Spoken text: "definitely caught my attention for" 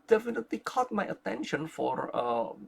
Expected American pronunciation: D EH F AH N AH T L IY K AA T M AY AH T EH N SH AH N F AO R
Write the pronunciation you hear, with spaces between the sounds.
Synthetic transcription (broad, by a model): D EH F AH N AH T L IY K AA T M AY AH T EH N SH AH N F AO R